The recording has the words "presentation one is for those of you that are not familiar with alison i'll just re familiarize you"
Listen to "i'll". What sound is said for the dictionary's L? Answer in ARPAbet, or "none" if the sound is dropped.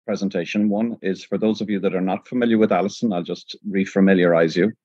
L